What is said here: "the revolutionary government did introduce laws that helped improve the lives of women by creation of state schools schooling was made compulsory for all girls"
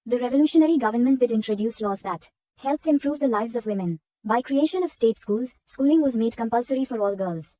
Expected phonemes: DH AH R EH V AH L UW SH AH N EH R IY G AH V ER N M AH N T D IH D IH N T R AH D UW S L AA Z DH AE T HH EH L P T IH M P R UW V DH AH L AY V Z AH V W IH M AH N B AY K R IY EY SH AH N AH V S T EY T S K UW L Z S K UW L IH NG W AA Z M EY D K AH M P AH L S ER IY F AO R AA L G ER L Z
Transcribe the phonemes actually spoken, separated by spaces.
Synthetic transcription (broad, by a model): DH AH R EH V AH L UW SH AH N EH R IY G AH V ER N M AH N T D IH D IH N T R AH D UW S L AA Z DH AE T HH EH L P T IH M P R UW V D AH L AY V Z AH V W IH M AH N B AY K R IY EY SH AH N AH V S T EY T S K UW L Z S K UW L IH NG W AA Z M EY D K AH M P AH L S ER IY F AO R AA L G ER L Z